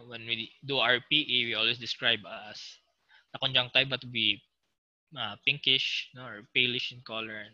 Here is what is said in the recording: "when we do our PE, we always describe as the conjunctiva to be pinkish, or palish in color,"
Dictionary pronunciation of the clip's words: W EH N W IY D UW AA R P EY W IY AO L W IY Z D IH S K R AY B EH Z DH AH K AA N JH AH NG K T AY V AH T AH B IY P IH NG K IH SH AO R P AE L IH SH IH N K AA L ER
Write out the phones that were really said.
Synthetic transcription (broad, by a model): W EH N W IY D UW AA R P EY W IY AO L W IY S D IH S K R AY B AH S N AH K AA N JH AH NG T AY B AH T AH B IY P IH NG K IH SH AO R P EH L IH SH IH N K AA L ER